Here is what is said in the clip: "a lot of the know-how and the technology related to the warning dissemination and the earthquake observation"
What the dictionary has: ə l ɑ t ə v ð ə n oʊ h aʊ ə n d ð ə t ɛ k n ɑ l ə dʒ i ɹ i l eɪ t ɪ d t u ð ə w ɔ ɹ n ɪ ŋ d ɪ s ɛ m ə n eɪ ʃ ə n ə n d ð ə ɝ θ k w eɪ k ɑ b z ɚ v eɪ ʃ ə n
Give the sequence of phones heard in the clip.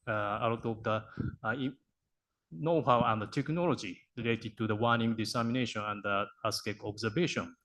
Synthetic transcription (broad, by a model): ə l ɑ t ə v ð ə n oʊ h aʊ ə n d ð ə t ɛ k n ɑ l ə dʒ i ɹ i l eɪ t ɪ d t u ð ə w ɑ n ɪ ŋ d ɪ s ɛ m ə n eɪ ʃ ə n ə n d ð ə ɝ s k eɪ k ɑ b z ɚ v eɪ ʃ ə n